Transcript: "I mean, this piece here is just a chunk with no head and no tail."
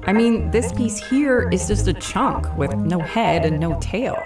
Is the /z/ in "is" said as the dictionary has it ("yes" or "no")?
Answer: yes